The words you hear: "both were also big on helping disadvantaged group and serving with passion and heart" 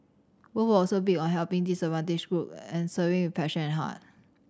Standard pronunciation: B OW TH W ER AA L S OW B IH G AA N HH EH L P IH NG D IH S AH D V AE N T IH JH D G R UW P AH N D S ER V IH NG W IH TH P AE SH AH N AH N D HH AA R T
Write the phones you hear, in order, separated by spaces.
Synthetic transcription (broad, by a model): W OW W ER AA L S OW B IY AA N HH EH L P IH NG D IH S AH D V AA N T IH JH G R UW P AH N S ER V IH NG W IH P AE SH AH N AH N HH AA T